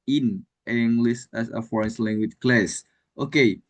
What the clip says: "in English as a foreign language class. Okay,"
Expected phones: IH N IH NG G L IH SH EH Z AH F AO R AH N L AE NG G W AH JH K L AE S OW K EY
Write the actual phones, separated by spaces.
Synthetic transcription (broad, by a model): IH N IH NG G L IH S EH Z AH F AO R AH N L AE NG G W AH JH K L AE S OW K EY